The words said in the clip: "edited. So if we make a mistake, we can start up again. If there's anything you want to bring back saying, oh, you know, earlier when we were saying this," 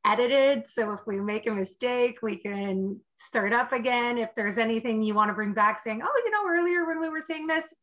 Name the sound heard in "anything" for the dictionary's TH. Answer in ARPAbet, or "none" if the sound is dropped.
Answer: TH